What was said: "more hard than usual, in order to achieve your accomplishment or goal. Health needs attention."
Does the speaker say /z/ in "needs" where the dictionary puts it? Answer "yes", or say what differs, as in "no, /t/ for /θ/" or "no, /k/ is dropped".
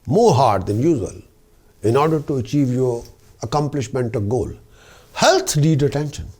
no, /z/ is dropped